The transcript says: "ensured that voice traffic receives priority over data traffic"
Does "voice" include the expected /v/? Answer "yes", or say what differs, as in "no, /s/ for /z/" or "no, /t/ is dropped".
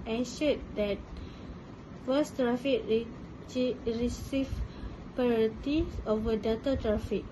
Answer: no, /f/ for /v/